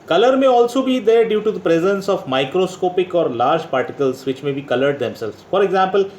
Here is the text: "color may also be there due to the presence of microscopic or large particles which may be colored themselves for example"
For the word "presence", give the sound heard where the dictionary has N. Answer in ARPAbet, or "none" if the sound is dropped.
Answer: N